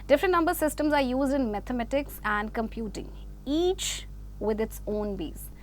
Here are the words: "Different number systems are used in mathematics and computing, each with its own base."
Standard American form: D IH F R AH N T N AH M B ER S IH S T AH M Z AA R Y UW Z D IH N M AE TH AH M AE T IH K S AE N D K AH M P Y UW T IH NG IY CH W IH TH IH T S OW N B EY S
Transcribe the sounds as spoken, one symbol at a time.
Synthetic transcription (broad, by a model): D IH F R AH N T N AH M B ER S IH S T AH M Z AA R Y UW Z D IH N M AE T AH M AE T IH K S AE N D K AH M P Y UW T IH NG IY CH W IH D IH T S OW N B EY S